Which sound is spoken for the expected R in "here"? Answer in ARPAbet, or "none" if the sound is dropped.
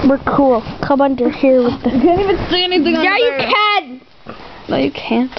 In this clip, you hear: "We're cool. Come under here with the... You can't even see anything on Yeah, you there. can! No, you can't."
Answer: R